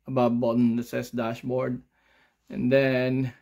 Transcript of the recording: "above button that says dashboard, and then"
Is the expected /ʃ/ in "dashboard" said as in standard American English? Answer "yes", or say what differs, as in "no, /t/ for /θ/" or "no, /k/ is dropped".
yes